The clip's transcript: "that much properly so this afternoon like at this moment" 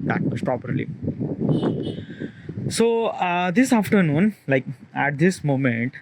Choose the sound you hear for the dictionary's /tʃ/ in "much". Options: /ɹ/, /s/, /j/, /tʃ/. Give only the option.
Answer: /s/